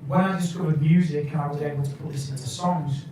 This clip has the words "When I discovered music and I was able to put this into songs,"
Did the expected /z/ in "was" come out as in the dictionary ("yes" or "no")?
yes